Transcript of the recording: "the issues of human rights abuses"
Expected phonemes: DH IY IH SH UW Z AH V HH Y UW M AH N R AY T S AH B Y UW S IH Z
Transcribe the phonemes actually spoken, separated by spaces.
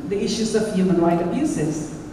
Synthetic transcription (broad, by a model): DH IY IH SH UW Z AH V HH Y UW M AH N R AY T AH B Y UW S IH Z